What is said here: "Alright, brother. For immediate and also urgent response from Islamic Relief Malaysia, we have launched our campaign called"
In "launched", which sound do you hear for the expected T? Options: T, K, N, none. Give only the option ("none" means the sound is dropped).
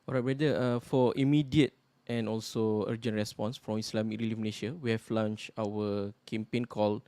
none